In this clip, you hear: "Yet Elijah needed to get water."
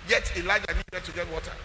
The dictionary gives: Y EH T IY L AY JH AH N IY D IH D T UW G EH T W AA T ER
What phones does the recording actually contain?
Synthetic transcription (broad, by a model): Y EH T IY L AY JH AH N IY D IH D T UW G EH T W AA T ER